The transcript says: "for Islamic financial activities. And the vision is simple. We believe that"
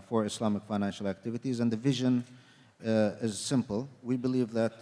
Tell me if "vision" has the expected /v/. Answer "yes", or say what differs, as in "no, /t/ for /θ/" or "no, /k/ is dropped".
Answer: yes